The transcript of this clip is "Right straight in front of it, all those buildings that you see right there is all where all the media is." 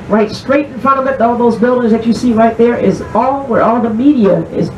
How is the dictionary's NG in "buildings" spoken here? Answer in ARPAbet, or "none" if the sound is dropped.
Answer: NG